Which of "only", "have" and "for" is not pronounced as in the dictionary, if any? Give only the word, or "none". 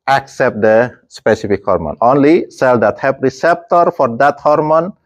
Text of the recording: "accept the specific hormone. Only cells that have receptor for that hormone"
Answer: have